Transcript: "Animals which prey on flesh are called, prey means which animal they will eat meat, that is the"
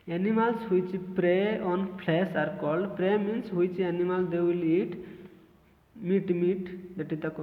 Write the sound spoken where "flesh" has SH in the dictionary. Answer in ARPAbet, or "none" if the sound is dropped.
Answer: S